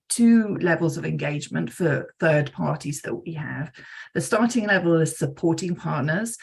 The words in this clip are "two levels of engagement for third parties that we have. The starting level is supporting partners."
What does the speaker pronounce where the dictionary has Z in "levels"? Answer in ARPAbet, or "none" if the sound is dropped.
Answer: Z